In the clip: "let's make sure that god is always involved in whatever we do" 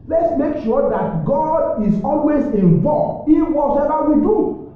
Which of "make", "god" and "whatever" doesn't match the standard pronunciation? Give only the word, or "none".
whatever